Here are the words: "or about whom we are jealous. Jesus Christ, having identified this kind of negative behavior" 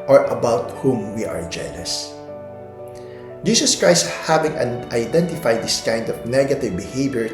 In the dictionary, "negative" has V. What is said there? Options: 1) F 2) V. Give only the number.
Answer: 2